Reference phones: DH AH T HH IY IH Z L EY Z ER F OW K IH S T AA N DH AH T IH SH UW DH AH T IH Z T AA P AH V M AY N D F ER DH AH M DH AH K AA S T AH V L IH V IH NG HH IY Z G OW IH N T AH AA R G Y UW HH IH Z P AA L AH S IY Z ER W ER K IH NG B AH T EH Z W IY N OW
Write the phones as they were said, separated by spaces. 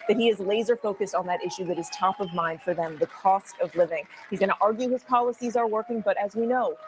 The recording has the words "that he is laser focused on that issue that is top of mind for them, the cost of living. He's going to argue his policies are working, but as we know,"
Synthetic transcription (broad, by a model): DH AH T HH IY IH Z L EY Z ER F OW K IH S T N DH AH T IH SH UW DH AH T IH Z T AA P AH V M AY N D F ER DH AH M DH AH K AA S T AH V L IH V IH NG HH IY Z G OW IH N T AA R G Y UW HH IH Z P AA L AH S IY Z ER W ER K IH NG B AH T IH Z W IY N OW